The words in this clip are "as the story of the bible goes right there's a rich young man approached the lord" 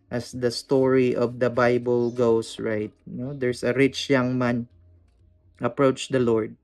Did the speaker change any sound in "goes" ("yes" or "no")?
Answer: yes